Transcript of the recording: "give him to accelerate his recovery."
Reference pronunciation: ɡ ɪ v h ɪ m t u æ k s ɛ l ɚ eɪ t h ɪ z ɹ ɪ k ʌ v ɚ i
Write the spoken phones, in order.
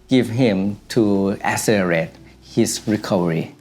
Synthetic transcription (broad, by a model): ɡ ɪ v h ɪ m t u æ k s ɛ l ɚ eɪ t h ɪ s ɹ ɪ k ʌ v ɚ i